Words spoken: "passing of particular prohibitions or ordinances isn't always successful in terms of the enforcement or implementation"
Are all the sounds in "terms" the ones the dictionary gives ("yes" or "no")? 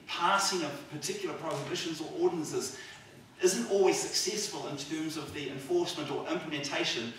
yes